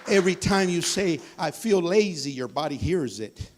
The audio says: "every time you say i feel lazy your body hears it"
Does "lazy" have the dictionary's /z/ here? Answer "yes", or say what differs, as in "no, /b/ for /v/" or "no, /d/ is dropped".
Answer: yes